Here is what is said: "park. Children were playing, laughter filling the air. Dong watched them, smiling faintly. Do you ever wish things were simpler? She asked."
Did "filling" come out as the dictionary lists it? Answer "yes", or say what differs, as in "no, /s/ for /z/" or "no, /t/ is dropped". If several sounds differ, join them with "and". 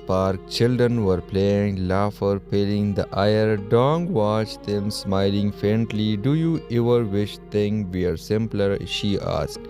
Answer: no, /p/ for /f/